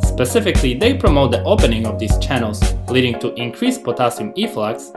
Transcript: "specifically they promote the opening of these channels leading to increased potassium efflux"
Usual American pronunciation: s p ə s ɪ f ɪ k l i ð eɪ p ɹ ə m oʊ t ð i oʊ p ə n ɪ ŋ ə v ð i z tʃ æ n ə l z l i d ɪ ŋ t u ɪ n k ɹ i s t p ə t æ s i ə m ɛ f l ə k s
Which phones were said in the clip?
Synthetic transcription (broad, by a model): s p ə s ɪ f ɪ k l i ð eɪ p ɹ ə m oʊ t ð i oʊ p ə n ɪ ŋ ə v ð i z tʃ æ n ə l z l i d ɪ ŋ t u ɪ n k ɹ i s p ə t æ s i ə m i f l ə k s